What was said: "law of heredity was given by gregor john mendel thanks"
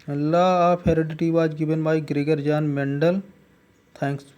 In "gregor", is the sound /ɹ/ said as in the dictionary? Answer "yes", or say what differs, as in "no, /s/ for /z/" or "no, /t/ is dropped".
yes